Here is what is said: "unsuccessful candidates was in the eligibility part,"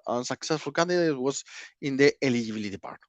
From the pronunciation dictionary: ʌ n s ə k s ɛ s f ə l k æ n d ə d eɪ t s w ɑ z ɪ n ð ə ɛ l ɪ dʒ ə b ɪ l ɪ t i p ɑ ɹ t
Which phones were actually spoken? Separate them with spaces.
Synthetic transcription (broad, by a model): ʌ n s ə k s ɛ s f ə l k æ n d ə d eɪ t w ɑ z ɪ n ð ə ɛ l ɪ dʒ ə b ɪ l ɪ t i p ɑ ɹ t